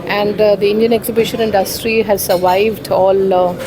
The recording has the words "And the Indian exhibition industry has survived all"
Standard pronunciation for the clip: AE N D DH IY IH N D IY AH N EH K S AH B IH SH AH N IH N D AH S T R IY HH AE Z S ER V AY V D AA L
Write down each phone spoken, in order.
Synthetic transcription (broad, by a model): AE N D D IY IH N D IY AH N EH K S AH B IH SH AH N IH N D AH S T R IY HH AE Z S ER V AY V D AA L